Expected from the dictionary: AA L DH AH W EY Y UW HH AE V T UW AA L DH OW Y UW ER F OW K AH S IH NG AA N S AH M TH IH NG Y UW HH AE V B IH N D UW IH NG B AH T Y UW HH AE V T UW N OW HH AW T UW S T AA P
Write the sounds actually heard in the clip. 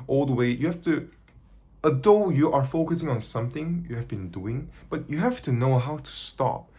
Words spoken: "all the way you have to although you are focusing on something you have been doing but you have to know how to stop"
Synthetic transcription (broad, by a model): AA L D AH W EY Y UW HH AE F T UW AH DH OW Y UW ER F OW K AH S IH NG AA N S AH M TH IH NG Y UW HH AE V B IH N D UW IH NG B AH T Y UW HH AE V T UW N OW HH AW T UW S T AA P